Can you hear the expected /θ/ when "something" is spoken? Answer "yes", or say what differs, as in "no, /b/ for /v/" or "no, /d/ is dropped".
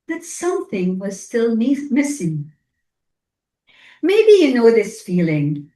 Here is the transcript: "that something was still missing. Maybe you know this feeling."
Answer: yes